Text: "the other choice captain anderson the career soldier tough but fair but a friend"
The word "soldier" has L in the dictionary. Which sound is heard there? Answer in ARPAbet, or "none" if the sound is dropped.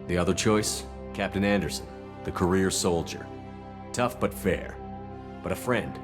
L